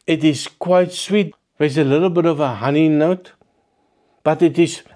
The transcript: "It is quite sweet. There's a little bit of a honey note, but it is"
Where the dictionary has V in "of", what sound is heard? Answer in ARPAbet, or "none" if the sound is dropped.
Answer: V